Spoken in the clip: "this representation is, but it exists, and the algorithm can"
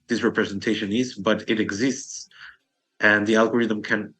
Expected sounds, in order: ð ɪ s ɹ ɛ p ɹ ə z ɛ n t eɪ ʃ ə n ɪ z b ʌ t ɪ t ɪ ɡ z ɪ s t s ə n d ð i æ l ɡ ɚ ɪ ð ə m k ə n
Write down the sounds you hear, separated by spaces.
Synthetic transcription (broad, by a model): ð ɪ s ɹ ɛ p ɹ ə z ɛ n t eɪ ʃ ə n ɪ z b ʌ t ɪ t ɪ ɡ z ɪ s t s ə n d ð i æ l ɡ ɚ ɪ ð ə m k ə n